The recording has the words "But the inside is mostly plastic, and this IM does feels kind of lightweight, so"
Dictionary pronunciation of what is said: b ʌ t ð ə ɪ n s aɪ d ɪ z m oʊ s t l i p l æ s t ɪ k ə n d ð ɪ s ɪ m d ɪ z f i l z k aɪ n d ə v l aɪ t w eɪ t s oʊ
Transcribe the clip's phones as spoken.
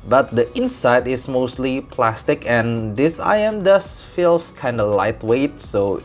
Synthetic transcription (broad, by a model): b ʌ t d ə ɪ n s aɪ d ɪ s m oʊ s t l i p l æ s t ɪ k ə n d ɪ s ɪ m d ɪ s f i l s k aɪ n d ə l aɪ t w eɪ t s oʊ